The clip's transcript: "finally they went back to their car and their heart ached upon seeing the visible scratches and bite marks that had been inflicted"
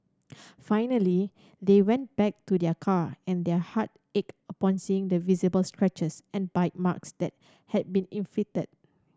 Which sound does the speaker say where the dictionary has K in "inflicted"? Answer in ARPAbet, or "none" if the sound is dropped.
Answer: none